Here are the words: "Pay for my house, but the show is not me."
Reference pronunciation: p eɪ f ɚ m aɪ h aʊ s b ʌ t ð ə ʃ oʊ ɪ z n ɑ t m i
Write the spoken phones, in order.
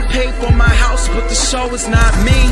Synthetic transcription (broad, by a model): p eɪ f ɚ m aɪ h aʊ s b ʌ t ð ə ʃ oʊ ɪ z n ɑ t m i